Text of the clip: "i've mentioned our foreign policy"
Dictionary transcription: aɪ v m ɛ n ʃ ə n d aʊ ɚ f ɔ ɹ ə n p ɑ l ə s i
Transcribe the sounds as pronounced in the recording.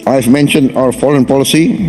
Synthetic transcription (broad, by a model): aɪ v m ɛ n ʃ ə n d aʊ ɚ f ɔ l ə n p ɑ l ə s i